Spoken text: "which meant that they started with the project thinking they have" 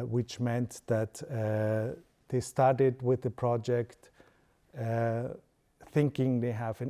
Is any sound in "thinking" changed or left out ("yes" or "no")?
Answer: no